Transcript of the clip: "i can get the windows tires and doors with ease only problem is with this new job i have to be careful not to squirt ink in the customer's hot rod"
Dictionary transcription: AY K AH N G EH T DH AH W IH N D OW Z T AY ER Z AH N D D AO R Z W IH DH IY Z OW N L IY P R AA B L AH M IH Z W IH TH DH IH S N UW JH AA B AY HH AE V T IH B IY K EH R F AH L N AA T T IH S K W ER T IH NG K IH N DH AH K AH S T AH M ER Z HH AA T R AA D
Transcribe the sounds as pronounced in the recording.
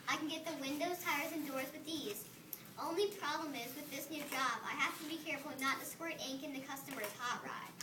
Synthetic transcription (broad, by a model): AY K N G EH T DH AH W IH N D OW Z T AY ER Z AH N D D AO R Z W IH DH IY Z OW N L IY P R AA B L AH M IH Z W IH DH IH S N UW JH AA B AY HH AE F T IH B IY K EH R F L N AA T T IH S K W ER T IH NG K IH N DH AH K AH S T AH M ER Z HH AA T R AA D